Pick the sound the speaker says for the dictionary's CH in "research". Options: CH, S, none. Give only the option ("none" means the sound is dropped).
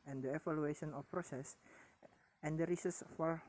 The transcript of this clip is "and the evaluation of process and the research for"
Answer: S